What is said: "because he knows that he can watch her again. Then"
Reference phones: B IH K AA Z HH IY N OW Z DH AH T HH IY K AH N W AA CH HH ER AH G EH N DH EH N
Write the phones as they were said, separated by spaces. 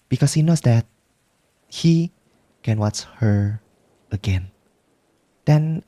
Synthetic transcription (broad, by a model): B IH K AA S HH IY N OW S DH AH T HH IY K AH N W AA CH HH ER AH G EH N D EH N